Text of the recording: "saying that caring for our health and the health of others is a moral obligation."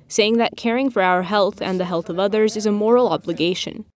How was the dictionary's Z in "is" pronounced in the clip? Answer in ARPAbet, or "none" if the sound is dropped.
Z